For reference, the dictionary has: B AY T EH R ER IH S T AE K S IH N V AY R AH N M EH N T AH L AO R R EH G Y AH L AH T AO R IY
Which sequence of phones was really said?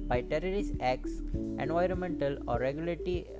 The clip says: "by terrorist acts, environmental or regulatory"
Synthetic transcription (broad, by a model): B AY T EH R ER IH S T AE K S IH N V AY R AH N M EH N T AH L AO R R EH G Y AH L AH T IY